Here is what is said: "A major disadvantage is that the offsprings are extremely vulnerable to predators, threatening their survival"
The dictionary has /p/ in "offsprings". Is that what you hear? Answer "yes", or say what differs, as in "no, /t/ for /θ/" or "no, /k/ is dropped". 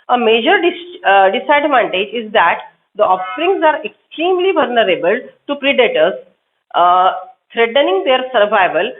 no, /p/ is dropped